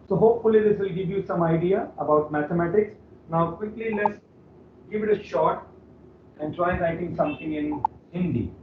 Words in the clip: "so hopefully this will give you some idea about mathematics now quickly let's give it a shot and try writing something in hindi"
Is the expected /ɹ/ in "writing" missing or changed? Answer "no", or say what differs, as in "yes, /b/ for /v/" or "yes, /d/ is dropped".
yes, /l/ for /ɹ/